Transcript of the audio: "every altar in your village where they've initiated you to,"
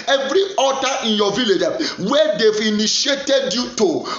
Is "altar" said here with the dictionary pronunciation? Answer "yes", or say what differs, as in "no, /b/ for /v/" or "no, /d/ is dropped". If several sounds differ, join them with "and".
no, /l/ is dropped